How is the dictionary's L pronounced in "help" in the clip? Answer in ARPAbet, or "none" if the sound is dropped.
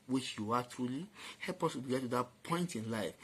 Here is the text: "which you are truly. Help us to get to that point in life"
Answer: L